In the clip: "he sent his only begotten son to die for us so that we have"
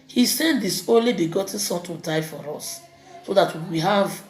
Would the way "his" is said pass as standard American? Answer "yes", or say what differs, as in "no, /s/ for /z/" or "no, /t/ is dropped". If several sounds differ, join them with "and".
no, /s/ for /z/